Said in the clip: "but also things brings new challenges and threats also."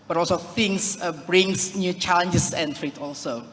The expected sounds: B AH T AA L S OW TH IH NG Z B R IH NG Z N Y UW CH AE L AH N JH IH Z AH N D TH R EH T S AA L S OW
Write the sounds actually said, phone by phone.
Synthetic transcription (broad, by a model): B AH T AA L S OW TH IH NG S B R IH NG S N Y UW CH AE L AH N JH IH S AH N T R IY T AA L S OW